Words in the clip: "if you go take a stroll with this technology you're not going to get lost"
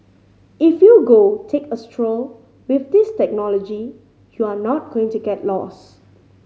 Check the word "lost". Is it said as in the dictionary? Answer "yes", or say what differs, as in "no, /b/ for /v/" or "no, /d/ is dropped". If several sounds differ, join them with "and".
no, /t/ is dropped